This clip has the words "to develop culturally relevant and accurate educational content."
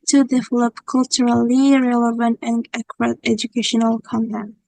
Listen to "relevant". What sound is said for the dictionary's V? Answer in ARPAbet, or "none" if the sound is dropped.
V